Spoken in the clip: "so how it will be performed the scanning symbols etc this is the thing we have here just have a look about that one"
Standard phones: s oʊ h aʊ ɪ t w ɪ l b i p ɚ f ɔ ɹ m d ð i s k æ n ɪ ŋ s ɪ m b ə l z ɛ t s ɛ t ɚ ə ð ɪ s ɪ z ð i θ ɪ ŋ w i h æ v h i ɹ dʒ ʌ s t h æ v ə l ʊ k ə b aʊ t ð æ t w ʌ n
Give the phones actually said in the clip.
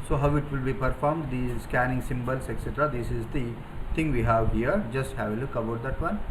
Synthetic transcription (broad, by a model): s oʊ h aʊ ɪ t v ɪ l b i p ɚ f ɔ ɹ m d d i s k æ n ɪ ŋ s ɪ m b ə l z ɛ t s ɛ t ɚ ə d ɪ s ɪ z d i t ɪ ŋ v i h æ v h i ɹ dʒ ʌ s t h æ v ə l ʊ k ə b aʊ t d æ t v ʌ n